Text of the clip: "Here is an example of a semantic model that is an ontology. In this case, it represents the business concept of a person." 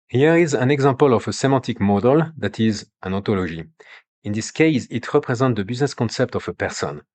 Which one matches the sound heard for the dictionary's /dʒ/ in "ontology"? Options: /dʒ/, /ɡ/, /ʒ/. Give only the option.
/ʒ/